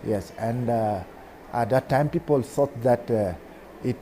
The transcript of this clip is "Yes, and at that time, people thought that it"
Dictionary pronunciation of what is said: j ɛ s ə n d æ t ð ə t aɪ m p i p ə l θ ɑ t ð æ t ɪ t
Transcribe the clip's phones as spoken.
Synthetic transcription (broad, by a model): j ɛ s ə n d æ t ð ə t aɪ m p i p ə l s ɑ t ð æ t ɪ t